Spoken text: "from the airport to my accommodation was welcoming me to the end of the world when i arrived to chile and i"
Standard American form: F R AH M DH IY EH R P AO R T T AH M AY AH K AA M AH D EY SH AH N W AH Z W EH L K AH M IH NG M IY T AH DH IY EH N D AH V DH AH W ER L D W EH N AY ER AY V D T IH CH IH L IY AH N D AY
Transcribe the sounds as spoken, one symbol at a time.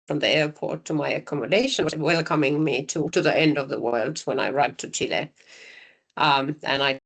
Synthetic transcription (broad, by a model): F R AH M DH IY EH R P AO R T T AH M AY AH K AA M AH D EY SH AH N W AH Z W EH L K AH M IH NG M IY T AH DH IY EH N D AH V DH AH W ER L D W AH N AY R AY D T IH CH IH L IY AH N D AY